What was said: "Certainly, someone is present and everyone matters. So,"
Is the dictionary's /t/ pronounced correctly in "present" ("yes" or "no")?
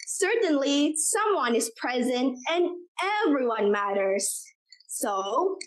yes